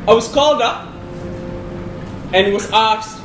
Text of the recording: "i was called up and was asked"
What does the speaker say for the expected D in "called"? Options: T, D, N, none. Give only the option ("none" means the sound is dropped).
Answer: D